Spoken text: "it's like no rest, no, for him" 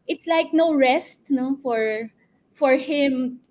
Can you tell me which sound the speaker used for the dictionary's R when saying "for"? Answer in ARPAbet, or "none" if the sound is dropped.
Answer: R